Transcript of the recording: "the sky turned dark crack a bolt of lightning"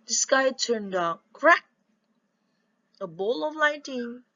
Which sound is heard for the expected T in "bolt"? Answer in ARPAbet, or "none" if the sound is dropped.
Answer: none